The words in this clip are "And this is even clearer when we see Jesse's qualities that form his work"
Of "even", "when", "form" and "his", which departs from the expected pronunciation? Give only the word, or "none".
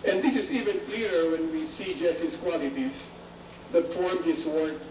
his